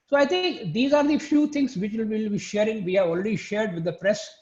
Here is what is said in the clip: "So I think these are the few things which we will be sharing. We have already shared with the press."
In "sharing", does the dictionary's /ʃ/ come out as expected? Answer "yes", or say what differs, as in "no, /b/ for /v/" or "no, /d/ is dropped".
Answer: yes